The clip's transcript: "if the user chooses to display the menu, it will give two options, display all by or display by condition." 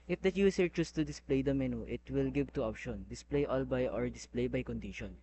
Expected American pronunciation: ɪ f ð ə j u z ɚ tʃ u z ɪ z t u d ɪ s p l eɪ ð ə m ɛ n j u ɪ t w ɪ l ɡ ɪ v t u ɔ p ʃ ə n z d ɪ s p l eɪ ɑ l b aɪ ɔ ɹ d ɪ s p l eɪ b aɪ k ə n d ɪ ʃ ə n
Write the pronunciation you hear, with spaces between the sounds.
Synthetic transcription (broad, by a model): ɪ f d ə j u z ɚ tʃ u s t u d ɪ s p l eɪ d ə m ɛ n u ɪ t w ɪ l ɡ ɪ v t u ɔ p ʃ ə n d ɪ s p l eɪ ɑ l b aɪ ɔ ɹ d ɪ s p l eɪ b aɪ k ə n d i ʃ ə n